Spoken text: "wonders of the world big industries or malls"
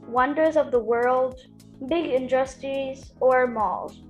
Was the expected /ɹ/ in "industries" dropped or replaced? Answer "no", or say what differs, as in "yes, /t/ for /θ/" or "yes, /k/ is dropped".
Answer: yes, /ɹ/ is dropped